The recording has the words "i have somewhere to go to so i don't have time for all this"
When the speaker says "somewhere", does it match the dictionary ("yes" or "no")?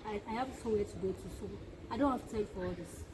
no